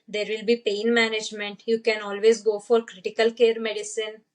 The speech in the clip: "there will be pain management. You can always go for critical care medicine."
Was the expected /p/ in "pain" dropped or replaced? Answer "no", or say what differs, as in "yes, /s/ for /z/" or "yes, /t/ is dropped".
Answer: no